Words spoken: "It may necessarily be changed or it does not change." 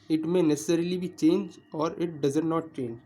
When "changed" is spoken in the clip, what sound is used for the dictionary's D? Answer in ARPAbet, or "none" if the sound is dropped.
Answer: none